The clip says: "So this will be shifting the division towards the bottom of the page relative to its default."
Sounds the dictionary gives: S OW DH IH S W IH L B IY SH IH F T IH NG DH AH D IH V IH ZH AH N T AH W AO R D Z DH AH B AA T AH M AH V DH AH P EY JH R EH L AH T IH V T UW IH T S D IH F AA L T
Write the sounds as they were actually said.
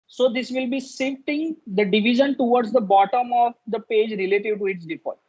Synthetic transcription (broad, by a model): S OW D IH S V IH L B IY S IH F T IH NG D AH D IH V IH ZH AH N T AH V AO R D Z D AH B AA T AH M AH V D AH P EY JH R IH L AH T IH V T UW IH T S D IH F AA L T